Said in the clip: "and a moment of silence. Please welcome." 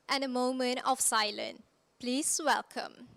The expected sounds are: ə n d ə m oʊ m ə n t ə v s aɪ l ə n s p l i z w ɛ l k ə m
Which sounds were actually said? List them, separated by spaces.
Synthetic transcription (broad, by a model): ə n ə m oʊ m ə n t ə f s aɪ l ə n p l i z w ɛ l k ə m